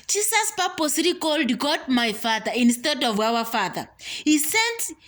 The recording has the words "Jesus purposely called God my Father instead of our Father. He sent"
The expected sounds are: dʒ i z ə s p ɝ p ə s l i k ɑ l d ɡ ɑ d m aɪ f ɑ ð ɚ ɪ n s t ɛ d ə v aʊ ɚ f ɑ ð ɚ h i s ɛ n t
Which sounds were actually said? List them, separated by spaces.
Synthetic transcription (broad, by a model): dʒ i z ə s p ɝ p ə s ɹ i k ɑ l d ɡ ɑ d m aɪ f ɑ ð ɚ ɪ n s t ɛ d ə v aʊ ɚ f ɑ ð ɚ h i s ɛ n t